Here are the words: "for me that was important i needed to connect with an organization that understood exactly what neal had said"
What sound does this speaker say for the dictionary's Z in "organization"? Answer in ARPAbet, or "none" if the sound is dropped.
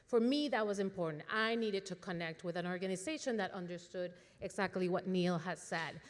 Z